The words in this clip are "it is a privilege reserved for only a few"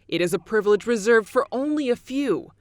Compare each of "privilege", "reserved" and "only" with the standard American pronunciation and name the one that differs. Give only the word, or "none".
none